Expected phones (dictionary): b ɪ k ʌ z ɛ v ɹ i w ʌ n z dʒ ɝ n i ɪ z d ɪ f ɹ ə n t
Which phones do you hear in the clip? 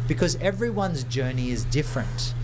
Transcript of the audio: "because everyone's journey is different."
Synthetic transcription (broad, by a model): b ɪ k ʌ z ɛ v ɹ i w ʌ n z dʒ ɝ n i ɪ z d ɪ f ɹ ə n t